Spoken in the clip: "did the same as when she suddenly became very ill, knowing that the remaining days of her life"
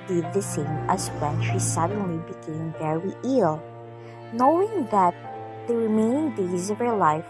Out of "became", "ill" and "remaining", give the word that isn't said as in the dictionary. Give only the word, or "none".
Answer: remaining